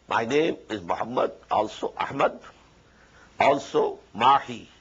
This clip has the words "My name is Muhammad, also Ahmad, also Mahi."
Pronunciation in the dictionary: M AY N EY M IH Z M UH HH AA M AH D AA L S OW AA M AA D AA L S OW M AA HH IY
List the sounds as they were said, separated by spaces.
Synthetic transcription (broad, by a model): M AY N EY M IH Z M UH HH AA M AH D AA L S OW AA M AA D AA L S OW M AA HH IY